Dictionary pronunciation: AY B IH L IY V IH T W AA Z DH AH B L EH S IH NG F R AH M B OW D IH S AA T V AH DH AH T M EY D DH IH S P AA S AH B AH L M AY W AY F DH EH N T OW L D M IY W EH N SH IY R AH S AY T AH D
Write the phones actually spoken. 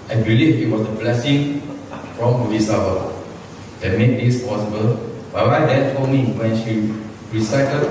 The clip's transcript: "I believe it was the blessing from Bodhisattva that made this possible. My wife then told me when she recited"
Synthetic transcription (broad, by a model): AY B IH L IY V IH T W AA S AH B L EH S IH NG F R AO M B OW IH S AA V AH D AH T M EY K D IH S P AA S AH B AH L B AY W AY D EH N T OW D M IY W EH N SH IY R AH S AY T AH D